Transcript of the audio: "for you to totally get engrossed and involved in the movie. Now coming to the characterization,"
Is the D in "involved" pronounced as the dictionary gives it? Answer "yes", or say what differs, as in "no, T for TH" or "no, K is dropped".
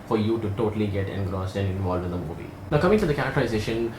no, D is dropped